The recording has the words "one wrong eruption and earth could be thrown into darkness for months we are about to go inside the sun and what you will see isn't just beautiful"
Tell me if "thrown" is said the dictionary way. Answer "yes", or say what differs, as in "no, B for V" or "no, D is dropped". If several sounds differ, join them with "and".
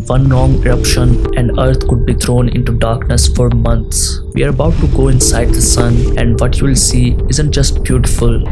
no, T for TH